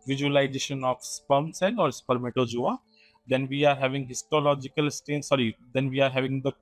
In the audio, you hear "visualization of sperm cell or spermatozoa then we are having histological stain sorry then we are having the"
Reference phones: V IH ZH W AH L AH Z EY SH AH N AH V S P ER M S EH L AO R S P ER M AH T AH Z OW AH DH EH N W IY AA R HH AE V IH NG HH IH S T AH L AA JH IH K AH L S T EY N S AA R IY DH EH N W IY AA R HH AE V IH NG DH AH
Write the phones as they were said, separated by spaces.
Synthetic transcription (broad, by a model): V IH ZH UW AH L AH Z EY SH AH N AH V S P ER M S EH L AO R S P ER M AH T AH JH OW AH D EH N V IY AA R HH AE V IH NG HH IH S T AH L AA JH IH K AH L S T EY N S AA R IY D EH N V IY AA R HH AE V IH NG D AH